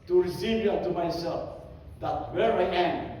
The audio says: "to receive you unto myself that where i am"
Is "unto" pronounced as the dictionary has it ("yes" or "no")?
no